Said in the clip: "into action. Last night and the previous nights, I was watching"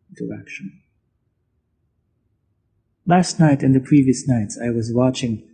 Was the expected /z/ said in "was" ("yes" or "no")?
yes